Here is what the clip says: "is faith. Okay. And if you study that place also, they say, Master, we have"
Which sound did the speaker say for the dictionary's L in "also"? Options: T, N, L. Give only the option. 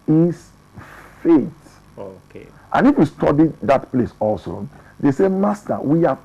L